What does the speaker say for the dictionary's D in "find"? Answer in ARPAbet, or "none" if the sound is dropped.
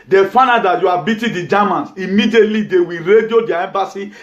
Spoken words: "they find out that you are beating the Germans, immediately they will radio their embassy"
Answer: none